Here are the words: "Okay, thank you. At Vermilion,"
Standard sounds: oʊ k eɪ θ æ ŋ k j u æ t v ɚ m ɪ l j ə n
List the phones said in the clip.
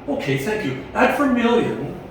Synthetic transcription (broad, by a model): oʊ k eɪ θ æ ŋ k j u æ t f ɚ m ɪ l j ə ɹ